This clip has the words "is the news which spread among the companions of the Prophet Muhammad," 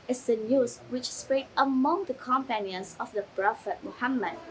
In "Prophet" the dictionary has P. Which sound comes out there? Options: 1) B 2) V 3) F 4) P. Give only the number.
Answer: 1